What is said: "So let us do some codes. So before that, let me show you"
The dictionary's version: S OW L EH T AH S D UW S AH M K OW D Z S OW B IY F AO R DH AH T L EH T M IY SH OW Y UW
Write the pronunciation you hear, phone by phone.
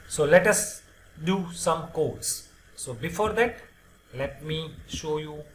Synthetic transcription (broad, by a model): S OW L EH T AH S D UW S AH M K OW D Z S OW B IY F AO R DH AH T L EH T M IY SH OW Y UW